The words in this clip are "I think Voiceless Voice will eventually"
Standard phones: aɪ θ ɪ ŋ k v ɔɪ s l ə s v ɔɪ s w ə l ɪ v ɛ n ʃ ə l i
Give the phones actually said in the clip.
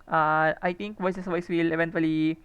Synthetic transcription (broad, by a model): aɪ t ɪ ŋ k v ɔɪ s ə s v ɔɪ s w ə l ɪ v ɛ n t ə l i